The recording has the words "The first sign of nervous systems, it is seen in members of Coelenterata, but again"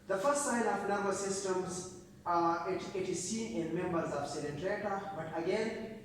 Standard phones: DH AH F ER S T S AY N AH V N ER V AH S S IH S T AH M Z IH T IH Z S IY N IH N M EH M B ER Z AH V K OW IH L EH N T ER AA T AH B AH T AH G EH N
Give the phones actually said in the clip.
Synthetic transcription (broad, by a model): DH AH F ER S T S AY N AH V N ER B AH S S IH S T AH M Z IH T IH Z S IY N IH N M EH M B ER Z AH V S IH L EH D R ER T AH B AH T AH G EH N